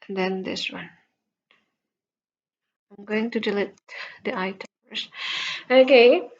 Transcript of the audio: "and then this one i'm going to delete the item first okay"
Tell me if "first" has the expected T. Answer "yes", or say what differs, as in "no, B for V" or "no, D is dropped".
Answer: no, T is dropped